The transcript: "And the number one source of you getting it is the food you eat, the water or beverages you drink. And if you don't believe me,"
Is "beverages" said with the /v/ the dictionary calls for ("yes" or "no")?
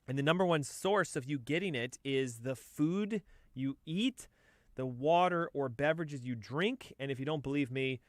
yes